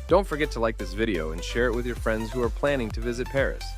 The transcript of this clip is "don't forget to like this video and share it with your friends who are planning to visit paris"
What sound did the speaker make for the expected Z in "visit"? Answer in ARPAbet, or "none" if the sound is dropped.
Z